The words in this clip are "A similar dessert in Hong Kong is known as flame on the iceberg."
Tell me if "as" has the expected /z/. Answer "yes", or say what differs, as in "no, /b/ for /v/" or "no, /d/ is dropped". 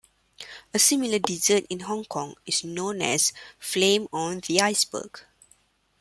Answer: no, /s/ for /z/